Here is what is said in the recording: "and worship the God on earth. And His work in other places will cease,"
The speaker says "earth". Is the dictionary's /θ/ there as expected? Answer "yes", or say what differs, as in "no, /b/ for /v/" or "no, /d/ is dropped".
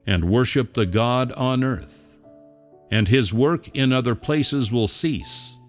yes